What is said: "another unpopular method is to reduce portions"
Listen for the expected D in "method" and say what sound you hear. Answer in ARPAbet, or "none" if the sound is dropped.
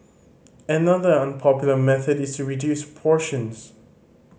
D